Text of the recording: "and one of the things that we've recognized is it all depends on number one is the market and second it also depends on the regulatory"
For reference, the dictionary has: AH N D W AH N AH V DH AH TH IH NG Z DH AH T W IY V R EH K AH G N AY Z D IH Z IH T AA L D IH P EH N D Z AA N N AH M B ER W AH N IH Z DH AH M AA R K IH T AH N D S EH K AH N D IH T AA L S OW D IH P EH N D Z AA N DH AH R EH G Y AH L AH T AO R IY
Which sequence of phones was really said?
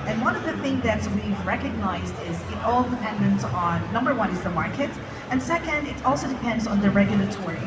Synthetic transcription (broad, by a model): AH N W AH N AH V DH AH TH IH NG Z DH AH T W IY V R EH K AH G N AY Z D IH Z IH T AA L D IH P EH N D IH N N AH M B ER W AH N IH Z DH AH M AA R K IH T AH N S EH K AH N D IH T AA L S OW D IH P EH N D Z N DH AH R EH G Y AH L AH T AO R IY